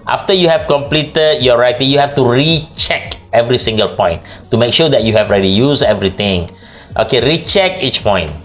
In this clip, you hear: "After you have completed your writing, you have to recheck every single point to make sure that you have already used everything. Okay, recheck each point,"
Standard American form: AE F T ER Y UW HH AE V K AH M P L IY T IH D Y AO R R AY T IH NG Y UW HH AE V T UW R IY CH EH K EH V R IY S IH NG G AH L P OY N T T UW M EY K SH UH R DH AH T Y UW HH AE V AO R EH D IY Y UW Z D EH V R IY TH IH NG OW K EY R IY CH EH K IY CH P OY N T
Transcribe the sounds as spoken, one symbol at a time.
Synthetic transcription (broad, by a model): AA F T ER Y UW HH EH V K AH M P L IY T IH D Y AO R R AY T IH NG Y UW HH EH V T UW R IY CH EH K EH V R IY S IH NG G AH L P OY N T T UW M EY K SH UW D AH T Y UW HH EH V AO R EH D IY Y UW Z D EH V R IY T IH NG OW K EY R IY CH EH K IY CH P OY N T